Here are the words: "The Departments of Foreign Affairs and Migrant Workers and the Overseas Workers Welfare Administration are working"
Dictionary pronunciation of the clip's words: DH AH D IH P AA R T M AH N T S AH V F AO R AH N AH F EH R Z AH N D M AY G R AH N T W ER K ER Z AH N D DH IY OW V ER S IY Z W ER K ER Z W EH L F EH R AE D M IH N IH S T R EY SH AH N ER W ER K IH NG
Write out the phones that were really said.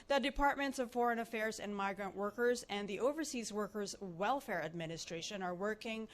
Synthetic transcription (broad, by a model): DH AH D IH P AA R T M AH N T S AH V F AO R AH N AH F EH R Z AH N M AY G R AH N T W ER K ER Z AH N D DH IY OW V ER S IY Z W ER K ER Z W EH L F EH R AE D M IH N IH S T R EY SH AH N ER W ER K IH NG